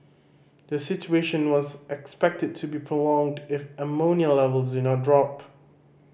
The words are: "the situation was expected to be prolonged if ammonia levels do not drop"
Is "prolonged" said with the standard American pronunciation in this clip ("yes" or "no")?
yes